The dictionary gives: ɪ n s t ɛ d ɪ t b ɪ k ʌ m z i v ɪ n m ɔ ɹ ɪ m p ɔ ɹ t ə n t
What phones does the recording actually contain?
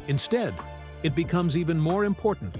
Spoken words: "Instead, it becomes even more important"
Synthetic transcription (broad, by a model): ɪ n s t ɛ d ɪ t b ɪ k ʌ m z i v ɪ n m ɔ ɹ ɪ m p ɔ ɹ t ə n t